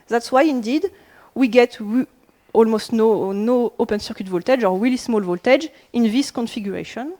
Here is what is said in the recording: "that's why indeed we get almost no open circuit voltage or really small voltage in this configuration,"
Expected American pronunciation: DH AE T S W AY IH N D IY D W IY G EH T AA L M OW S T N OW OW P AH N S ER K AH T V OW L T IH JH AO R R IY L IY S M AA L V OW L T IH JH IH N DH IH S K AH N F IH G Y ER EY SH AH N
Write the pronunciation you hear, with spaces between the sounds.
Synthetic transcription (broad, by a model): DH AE T S W AY IH N D IY D W IY G EH T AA L M OW S T N OW OW P AH N S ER K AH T V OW L T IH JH AO R W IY L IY S M AA L V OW L T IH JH IH N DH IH S K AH N F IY G Y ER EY SH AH N